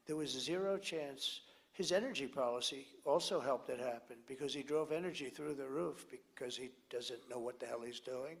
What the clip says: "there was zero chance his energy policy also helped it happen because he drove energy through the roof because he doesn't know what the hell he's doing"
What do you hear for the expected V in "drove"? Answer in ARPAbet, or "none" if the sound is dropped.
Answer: V